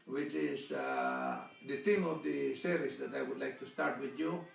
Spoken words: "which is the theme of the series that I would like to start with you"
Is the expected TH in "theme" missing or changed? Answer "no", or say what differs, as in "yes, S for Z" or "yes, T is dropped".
yes, T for TH